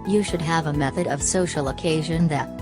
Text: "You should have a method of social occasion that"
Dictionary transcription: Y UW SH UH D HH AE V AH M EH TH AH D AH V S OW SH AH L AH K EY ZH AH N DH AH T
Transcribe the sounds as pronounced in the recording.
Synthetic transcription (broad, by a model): Y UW SH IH D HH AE V AH M EH TH AH D AH V S OW SH L AH K EY ZH AH N DH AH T